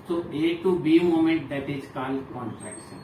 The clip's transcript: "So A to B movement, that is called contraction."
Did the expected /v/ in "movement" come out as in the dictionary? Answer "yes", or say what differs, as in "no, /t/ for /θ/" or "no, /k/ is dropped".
no, /v/ is dropped